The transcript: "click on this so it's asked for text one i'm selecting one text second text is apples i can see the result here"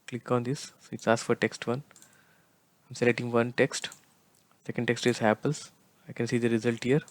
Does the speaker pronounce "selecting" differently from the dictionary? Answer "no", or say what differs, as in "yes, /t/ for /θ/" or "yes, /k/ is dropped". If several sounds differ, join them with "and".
yes, /k/ is dropped